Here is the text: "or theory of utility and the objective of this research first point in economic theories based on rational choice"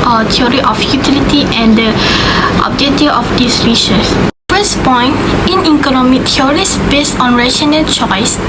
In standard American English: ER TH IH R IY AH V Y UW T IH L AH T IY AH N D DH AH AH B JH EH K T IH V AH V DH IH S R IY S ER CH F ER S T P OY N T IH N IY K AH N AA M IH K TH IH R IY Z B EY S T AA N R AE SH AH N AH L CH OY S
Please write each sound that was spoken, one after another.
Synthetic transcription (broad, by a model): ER T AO R IY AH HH Y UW T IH L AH T IY AH N D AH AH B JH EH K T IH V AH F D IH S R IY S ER S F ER S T P OY N T IH N IY K AH N AA M IH K T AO R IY S B EY S T AA N R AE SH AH N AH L CH OY S